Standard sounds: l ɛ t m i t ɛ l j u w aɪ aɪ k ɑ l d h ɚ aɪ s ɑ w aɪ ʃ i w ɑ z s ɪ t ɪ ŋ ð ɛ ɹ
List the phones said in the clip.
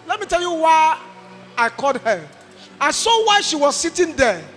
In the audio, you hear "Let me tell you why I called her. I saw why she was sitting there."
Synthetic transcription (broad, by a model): l ɛ t m i t ɛ l j u w aɪ aɪ k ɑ d h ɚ aɪ s ɑ w aɪ ʃ i w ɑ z s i t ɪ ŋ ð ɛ